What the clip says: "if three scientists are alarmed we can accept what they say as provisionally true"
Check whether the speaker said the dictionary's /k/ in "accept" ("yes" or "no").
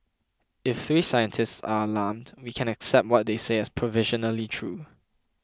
yes